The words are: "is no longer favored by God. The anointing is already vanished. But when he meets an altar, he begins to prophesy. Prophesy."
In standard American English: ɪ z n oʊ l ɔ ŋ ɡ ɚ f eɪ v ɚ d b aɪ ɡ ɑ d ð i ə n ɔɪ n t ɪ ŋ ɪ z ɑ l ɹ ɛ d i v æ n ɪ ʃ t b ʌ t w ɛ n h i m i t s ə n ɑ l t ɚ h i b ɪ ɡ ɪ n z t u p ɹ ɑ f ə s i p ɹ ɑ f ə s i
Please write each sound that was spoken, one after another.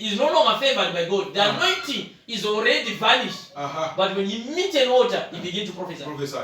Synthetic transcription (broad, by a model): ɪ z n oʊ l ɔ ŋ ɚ f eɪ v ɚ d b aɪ ɡ ɑ d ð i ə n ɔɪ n t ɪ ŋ ɪ z ɑ l ɹ ɛ d i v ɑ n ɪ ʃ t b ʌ t w ɛ n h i m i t ə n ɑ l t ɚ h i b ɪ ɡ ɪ n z t u p ɹ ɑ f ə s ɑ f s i